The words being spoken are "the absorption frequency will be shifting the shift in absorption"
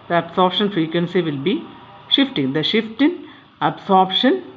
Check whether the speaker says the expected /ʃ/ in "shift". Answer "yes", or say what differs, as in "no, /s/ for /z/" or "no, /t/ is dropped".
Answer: yes